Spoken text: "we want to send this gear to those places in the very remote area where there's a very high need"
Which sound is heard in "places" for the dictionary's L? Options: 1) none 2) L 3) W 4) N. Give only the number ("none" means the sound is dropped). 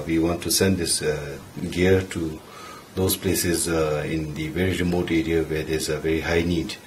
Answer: 2